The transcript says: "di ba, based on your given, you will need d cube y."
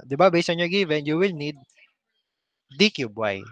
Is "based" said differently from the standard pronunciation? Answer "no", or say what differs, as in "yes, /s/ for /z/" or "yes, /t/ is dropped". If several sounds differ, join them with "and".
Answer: yes, /t/ is dropped